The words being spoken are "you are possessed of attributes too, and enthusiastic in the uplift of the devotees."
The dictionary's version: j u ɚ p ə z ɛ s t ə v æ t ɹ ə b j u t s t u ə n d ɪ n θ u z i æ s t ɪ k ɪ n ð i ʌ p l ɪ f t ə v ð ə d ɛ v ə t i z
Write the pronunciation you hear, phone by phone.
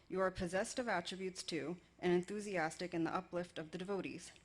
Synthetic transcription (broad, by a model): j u ɚ p ə z ɛ s t ə v æ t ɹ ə b j u t s t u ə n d ɪ n θ u z i æ s t ɪ k ɪ n ð i ʌ p l ɪ f t ə v ð ə d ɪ v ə t i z